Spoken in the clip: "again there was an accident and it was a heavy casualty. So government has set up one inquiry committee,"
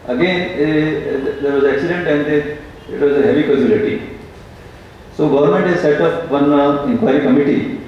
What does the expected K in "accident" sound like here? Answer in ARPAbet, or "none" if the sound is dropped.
K